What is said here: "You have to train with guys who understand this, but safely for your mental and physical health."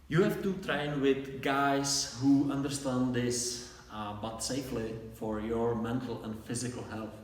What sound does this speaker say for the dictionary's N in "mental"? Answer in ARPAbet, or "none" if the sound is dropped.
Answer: N